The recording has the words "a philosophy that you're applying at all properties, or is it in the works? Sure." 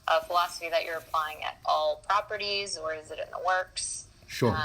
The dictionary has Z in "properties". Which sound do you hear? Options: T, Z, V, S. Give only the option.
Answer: Z